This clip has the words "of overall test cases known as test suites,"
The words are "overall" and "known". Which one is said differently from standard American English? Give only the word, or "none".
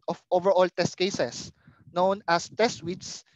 none